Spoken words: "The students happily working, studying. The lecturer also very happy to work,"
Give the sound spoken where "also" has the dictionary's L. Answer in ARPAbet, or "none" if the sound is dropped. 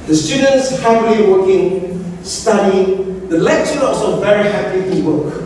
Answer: none